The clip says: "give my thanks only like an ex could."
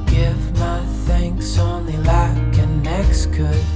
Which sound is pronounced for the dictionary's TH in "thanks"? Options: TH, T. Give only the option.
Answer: TH